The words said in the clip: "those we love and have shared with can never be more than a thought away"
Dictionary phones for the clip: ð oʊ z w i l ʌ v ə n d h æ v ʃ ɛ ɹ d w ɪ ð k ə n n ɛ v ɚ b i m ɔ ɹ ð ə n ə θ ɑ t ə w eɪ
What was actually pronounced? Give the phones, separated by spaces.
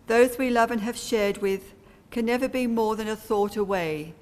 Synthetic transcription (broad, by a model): ð oʊ z w i l ʌ v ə n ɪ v ʃ ɛ ɹ d w ɪ ð k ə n n ɛ v ɚ b i m ɔ ɹ ð ə n ə θ ɑ t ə w eɪ